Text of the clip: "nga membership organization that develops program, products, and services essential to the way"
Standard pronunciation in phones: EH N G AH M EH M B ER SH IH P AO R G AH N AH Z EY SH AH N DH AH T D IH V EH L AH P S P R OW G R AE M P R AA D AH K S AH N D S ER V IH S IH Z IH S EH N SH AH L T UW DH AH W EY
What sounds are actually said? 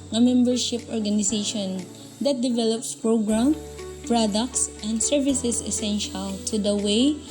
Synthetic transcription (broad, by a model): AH M EH M B ER SH IH P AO R G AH N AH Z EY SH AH N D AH T D IH V EH L AH P S P R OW G R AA M P R AA D AH K S AH N D S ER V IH S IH S IH S EH N SH AH L T UW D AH W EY